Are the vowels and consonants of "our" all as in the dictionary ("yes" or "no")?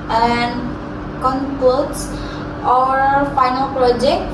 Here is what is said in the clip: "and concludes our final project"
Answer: yes